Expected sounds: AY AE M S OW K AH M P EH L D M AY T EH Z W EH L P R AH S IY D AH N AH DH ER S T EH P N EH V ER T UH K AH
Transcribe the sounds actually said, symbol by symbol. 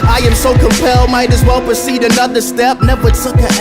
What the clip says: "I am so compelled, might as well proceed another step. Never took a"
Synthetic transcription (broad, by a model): AY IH M S OW K AH M P EH L D M AY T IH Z W EH L P R AH S IY D AH N AH DH ER S T EH P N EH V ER S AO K